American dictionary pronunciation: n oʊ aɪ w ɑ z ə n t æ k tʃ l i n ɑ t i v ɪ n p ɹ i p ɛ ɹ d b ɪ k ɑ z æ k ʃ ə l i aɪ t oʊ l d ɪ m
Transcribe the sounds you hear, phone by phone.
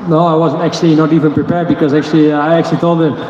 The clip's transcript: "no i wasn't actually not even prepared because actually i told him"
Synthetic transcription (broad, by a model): n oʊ aɪ w ɑ z ə n t æ k tʃ l i n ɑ t i v ɪ n p ɹ i p ɛ ɹ d b ɪ k ɑ z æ k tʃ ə l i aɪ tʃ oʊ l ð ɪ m